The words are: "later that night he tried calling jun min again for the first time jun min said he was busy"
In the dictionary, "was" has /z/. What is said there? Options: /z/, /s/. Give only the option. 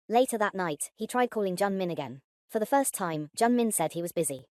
/z/